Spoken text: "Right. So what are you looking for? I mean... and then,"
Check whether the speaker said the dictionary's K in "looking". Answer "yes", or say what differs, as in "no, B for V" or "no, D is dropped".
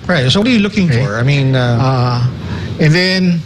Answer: yes